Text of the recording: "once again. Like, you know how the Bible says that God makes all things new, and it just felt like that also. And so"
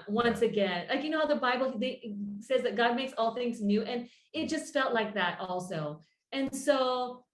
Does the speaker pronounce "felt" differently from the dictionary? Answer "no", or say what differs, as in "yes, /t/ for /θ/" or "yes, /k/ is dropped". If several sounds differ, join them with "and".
no